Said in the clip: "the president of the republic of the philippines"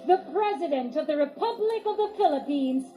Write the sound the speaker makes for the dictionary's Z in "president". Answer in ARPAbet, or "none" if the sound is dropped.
Z